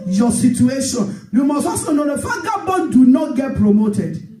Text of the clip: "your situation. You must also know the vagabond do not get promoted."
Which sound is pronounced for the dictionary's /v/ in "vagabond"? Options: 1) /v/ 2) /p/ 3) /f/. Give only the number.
3